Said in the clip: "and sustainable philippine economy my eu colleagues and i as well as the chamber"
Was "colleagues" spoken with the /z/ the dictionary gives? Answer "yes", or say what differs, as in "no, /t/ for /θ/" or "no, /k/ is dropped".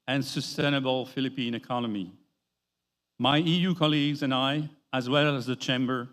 yes